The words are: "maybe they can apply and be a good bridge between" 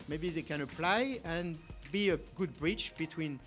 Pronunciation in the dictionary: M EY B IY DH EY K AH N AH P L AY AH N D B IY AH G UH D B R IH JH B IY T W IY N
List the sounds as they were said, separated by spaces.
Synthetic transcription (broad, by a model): M EY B IY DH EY K AH N AH P L AY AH N B IY AH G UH D B R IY CH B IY T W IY N